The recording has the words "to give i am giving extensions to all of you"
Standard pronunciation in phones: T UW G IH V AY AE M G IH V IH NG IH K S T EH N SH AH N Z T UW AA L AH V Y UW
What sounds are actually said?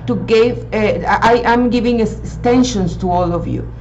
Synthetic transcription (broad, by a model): T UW G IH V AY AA M G IH V IH NG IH S T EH N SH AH N S T UW AA L AH V Y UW